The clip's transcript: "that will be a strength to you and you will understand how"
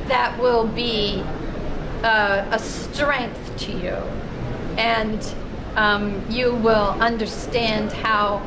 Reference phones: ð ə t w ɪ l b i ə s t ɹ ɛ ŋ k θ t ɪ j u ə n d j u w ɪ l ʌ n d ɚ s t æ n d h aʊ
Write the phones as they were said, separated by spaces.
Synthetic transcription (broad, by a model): ð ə t w ɪ l b i ə s t ɹ ɛ ŋ k θ t ɪ j u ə n j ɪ w ɪ l ʌ n d ɚ s t æ n d h aʊ